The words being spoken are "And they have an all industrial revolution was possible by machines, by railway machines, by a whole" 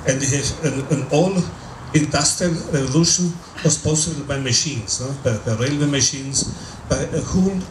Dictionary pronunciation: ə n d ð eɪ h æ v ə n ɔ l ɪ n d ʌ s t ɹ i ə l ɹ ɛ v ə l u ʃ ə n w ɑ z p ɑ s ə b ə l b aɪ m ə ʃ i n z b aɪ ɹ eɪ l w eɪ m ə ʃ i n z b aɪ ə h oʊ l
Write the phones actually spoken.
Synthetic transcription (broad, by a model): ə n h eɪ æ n ə n ɔ l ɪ n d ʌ s t ɹ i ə l ɹ ɛ v ə l u ʃ ə n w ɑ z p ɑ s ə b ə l b aɪ m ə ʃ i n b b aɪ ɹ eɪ l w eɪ m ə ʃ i n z b aɪ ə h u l